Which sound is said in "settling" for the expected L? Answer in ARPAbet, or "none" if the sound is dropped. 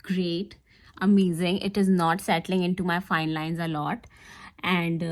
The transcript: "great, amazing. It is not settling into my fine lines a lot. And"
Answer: L